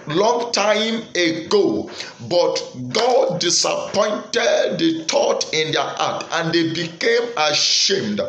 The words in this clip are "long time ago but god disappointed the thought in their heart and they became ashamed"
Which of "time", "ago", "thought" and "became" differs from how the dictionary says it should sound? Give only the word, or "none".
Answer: thought